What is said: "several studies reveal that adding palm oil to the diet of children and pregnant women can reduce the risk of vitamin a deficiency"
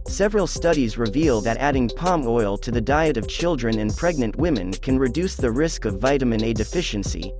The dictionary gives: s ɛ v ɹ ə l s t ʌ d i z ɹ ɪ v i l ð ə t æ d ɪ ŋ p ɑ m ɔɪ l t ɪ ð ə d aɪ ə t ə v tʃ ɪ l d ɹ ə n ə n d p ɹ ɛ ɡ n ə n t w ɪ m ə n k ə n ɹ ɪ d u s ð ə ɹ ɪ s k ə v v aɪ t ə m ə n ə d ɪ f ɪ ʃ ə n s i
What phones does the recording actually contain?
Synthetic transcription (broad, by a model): s ɛ v ɹ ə l s t ʌ d i z ɹ ɪ v i l ð ə t æ d ɪ ŋ p ɑ m ɔɪ l t ɪ ð ə d aɪ ə t ə v tʃ ɪ l d ɹ ə n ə n p ɹ ɛ ɡ n ə n t w ɪ m ə n k ə n ɹ ɪ d u s ð ə ɹ ɪ s k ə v v aɪ t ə m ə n ə d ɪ f ɪ ʃ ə n s i